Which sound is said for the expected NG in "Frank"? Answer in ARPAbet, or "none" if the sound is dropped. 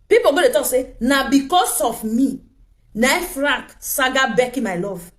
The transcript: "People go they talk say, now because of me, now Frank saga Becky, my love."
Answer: none